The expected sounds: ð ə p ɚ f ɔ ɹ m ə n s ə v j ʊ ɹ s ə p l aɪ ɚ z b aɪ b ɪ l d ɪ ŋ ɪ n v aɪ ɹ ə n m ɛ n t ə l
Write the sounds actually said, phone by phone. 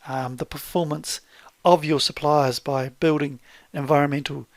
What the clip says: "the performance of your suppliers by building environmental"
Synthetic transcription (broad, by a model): ð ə p ɚ f ɔ ɹ m ə n s ə v j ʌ ɹ s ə p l aɪ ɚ z b aɪ b ɪ l d ɪ ŋ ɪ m v aɪ ɹ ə n m ɛ n t l